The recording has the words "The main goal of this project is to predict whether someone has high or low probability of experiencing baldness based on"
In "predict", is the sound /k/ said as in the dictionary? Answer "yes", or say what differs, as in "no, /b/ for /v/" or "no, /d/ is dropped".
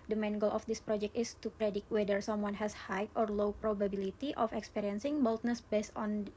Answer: no, /k/ is dropped